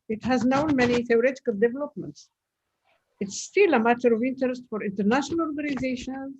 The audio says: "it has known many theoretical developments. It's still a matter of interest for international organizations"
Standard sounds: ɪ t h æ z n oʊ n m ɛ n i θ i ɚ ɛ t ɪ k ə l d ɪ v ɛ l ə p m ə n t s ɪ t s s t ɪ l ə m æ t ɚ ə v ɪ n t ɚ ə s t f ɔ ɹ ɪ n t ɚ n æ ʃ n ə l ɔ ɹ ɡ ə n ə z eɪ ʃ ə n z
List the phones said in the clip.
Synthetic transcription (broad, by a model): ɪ t h æ z n oʊ n m ɛ n i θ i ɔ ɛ t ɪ k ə l d ɪ v ɛ l ə p m ə n t s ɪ t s s t ɪ l ə m æ t ɚ ə v ɪ n t ɚ ə s t f ɔ ɹ ɪ n t ɚ n æ ʃ n ə l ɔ ɹ ɡ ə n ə z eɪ ʃ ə n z